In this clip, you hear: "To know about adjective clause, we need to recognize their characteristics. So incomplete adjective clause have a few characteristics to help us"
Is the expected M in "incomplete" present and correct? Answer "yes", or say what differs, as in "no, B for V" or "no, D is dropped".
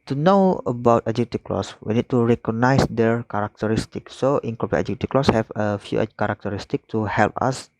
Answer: no, M is dropped